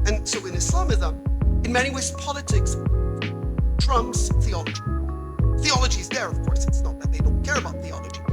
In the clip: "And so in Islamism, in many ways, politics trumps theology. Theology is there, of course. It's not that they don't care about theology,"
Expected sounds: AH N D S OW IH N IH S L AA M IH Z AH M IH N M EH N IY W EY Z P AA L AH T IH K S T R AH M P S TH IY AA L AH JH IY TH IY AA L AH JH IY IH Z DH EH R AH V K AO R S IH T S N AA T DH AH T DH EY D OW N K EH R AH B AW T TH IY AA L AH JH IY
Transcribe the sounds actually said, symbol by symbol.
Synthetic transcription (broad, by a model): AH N S OW IH N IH S L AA M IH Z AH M IH N M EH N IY W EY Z P AA L AH T IH K S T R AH M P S TH IY AA L AH JH IY TH IY AA L AH JH IY IH Z DH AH R AH V K AO R S IH T S N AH T DH AH T DH EY D OW N K EH R AH B AW T TH IY AA L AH JH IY